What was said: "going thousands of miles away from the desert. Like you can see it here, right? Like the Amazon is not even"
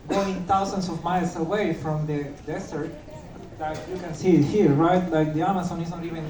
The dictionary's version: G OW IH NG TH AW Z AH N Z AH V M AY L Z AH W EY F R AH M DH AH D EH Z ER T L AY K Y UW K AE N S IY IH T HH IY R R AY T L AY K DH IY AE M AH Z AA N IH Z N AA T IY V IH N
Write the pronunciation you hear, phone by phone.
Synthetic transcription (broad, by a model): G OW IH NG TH AW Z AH N S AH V M AY L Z AH W EY F R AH M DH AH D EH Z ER T L AY K Y UW K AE N S IY IH T HH IY R R AY T L AY K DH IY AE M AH S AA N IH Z N AA T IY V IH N